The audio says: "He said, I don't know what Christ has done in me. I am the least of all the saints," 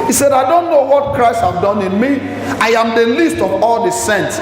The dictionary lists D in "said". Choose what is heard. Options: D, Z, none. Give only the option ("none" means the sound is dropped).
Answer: D